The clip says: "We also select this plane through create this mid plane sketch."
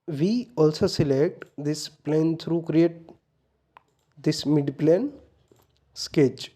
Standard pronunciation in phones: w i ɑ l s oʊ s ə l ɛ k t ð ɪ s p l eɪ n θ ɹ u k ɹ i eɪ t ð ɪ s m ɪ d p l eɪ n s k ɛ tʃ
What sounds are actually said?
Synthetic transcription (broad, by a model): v i ɑ l s oʊ s ə l ɛ k t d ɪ s p l eɪ n t ɹ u k ɹ i eɪ t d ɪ s m ɪ d p l eɪ n s k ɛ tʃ